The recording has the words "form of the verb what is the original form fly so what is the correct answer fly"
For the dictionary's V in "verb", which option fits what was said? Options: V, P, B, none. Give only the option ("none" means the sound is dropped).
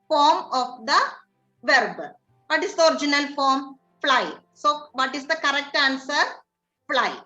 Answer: V